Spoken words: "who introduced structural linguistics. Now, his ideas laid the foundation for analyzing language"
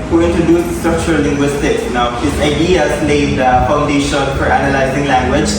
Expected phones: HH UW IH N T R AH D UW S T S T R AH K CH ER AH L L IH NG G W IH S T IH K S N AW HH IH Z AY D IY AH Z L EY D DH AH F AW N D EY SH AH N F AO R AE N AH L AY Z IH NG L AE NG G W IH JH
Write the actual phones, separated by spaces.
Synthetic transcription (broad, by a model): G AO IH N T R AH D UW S S T R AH K CH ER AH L L IH NG G W IH S T IH K S N AW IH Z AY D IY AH S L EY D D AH F AW N D EY SH AH N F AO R AE N AH L AY Z IH NG L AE NG G W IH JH